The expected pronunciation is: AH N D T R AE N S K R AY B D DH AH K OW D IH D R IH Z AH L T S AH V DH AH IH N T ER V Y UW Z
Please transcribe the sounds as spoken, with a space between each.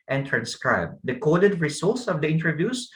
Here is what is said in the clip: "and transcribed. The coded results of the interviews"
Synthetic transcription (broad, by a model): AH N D T R AE N S K R AY B D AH K OW D IH D R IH S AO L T S AH V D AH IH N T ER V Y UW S